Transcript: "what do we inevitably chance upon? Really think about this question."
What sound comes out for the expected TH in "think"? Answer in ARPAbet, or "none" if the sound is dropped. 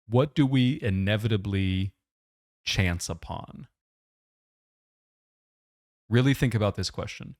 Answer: TH